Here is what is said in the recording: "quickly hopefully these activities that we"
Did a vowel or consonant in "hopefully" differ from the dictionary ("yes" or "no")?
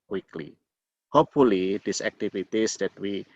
no